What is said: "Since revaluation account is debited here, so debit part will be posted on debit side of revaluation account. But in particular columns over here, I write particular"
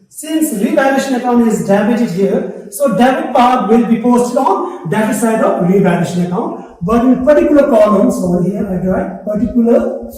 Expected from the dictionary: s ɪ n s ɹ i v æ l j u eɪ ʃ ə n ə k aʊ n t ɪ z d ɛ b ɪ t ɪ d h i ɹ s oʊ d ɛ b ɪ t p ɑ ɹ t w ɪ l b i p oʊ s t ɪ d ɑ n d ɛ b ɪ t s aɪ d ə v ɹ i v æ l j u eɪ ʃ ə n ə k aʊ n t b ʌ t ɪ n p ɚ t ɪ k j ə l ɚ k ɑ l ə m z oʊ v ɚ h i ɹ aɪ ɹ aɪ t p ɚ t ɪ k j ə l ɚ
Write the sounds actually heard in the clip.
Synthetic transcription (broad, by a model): s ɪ n s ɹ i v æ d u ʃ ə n ə k aʊ n t ɪ z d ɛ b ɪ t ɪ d h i ɹ s oʊ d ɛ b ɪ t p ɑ ɹ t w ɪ l b i p oʊ s t ɪ d ɑ n d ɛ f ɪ s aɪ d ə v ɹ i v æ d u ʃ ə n ə k aʊ n t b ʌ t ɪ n p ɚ t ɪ k j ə l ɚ k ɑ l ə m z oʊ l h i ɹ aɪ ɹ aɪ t p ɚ t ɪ k j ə l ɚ